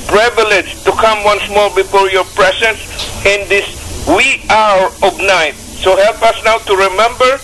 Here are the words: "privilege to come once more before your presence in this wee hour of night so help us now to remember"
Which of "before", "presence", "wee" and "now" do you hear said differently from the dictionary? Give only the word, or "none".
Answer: presence